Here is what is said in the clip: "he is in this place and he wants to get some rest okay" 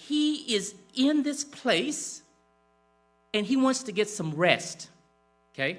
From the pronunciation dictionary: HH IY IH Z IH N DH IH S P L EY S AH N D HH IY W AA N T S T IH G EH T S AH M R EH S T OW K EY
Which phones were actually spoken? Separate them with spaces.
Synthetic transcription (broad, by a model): HH IY IH Z IH N DH IH S P L EY S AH N IY W AA N T S T IH G EH T S AH M R EH S T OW K EY